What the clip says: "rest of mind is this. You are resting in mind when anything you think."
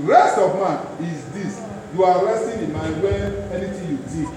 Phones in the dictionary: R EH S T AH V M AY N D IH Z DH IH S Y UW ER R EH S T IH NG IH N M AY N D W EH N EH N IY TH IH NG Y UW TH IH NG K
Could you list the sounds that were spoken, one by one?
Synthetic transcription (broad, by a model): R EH S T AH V M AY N IH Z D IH S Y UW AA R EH S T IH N IH N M AY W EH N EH N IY T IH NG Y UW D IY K